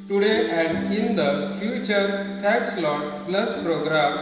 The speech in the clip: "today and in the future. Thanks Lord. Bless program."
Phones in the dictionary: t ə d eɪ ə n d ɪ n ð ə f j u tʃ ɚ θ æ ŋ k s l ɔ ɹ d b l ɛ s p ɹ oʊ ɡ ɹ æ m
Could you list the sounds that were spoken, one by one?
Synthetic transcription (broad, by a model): t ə d eɪ ə n d ɪ n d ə f j u tʃ ɚ t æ k s l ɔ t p l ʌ s p ɹ oʊ ɡ ɹ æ m